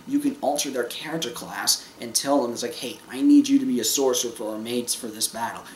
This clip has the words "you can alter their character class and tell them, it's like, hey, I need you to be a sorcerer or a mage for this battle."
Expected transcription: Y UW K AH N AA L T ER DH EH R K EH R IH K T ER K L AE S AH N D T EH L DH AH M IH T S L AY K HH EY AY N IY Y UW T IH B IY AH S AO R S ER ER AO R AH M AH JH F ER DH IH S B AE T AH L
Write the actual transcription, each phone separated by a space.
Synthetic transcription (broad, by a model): Y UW K AH N AA L T ER DH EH R K EH R IH K T ER K L AE S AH N T EH L DH AH M IH T S L AY K HH EY AY N IY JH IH T IH B IY AH S AO R S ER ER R M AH Z F ER DH IH S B AE T L